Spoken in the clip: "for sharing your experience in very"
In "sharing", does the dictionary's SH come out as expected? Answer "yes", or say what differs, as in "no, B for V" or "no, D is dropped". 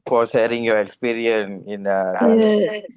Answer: no, S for SH